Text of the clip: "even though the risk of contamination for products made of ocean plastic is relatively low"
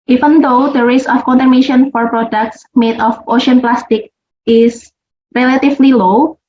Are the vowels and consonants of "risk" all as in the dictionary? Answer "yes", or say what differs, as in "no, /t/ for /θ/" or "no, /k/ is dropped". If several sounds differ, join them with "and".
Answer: no, /k/ is dropped